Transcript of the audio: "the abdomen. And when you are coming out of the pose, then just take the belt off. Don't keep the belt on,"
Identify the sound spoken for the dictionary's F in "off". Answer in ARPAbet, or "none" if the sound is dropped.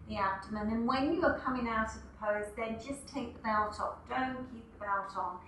P